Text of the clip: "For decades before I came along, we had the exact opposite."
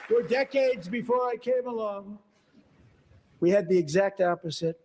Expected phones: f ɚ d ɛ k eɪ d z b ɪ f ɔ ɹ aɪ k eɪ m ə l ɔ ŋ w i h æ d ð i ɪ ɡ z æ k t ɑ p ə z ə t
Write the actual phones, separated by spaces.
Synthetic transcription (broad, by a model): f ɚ d ɛ k eɪ d z b ɪ f ɔ ɹ aɪ k eɪ m ə l ɔ ŋ w i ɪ d ð i ɪ ɡ z æ k t ɑ p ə z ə t